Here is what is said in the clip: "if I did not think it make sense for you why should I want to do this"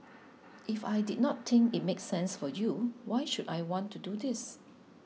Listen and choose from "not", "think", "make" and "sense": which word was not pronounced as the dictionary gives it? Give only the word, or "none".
think